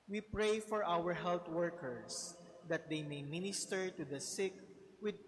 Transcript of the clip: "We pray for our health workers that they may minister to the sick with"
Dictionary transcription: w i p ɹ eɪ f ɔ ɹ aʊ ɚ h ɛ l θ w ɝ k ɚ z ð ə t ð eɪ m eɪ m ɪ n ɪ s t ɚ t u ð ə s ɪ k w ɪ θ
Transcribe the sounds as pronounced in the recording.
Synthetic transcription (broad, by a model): w i p ɹ eɪ f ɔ ɹ aʊ ɚ h ɛ l t w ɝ k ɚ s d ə t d eɪ m eɪ m ɪ n ɪ s t ɚ t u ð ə s ɪ k w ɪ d